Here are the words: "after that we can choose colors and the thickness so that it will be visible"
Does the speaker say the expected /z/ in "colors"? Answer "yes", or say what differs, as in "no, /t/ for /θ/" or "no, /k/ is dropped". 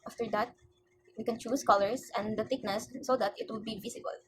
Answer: no, /s/ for /z/